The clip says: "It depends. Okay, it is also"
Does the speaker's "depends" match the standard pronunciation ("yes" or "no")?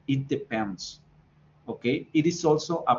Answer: no